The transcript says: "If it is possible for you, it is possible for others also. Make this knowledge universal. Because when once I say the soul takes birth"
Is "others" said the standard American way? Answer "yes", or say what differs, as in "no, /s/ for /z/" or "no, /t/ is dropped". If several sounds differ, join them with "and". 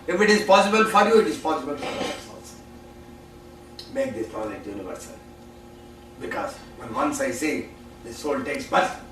no, /ð/ is dropped and /s/ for /z/